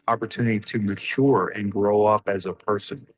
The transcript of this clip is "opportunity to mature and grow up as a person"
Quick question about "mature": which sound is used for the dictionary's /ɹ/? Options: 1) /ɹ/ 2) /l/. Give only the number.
1